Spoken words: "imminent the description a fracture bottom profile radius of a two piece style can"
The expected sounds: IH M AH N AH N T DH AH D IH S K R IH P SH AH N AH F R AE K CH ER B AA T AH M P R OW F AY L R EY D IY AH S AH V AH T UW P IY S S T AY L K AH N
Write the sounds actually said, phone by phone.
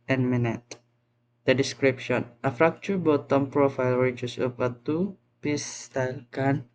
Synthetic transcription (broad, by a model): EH M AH N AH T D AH D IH S K R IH P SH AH N AH F R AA K CH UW B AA T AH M P R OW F AY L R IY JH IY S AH P AH T UW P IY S S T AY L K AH N